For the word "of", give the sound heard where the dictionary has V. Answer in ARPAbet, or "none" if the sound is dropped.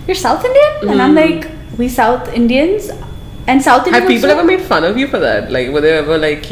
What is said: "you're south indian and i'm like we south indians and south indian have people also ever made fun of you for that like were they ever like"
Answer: V